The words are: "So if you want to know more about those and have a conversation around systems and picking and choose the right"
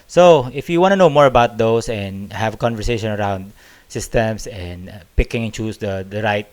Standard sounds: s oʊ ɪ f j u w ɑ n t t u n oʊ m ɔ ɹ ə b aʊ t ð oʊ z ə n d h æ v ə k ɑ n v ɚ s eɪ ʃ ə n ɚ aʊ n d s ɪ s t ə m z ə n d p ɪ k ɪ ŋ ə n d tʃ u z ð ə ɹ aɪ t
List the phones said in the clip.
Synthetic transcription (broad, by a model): s oʊ ɪ f j u w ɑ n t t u n oʊ m ɔ ɹ ə b aʊ t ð oʊ s ə n d h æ v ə k ɑ n v ɚ s eɪ ʃ ə n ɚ aʊ n d s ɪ s t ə m s ə n d p ɪ k ɪ ŋ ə n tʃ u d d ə ɹ aɪ t